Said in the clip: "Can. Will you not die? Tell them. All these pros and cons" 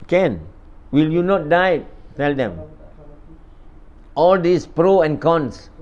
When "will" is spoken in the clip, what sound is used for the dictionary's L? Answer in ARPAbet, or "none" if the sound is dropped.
L